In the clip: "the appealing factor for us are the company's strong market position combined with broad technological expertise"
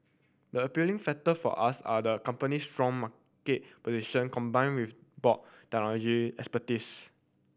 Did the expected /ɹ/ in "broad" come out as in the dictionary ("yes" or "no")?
no